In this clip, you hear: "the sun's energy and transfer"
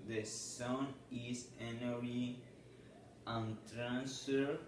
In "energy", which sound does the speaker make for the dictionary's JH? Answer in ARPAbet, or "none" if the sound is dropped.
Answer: none